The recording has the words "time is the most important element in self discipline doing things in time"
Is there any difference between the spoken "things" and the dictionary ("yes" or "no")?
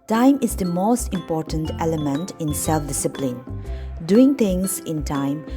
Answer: yes